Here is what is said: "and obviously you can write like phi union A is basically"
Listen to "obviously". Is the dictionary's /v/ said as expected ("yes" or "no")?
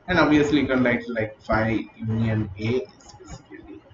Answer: no